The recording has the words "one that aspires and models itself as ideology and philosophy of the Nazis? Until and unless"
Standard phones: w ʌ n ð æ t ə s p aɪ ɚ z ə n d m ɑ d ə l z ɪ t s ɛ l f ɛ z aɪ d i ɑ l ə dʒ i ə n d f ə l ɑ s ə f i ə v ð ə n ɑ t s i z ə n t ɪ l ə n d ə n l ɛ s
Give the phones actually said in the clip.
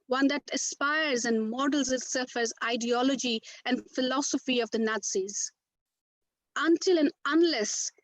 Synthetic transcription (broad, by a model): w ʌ n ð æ t ə s p aɪ ɚ z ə n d m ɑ d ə l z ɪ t s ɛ f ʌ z aɪ d i ɑ l ə dʒ i ə n d f ə l ɑ s ə f i ə v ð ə n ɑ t s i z ə n t ɪ l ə n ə n l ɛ s